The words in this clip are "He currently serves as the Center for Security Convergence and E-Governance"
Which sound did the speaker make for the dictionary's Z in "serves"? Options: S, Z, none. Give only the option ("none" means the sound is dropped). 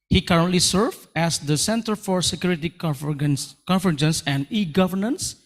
none